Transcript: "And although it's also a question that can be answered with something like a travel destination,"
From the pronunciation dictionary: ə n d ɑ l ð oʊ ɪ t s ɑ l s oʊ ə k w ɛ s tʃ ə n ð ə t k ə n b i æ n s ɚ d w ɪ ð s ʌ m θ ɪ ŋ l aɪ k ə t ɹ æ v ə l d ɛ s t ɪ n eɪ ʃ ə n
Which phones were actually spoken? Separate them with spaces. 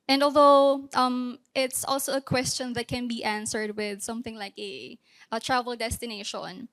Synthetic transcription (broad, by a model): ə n d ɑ l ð oʊ ɪ t s ɑ l s oʊ ə k w ɛ s tʃ ə n ð ə t k ə n b i æ n s ɚ d w ɪ ð s ʌ m θ ɪ ŋ l aɪ k ə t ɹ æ v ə l d ɛ s t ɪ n eɪ ʃ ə n